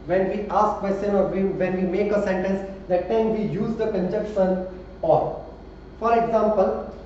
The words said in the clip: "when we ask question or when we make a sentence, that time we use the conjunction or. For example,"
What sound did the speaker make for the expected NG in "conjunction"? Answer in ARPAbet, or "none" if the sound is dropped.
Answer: none